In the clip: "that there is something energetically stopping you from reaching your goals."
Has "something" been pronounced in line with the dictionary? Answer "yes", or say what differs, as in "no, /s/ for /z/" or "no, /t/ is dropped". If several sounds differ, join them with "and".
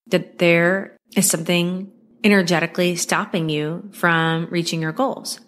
yes